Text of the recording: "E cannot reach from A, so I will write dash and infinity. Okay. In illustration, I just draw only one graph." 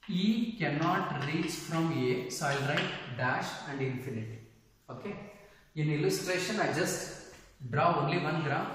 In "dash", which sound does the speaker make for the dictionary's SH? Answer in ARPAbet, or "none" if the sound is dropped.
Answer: SH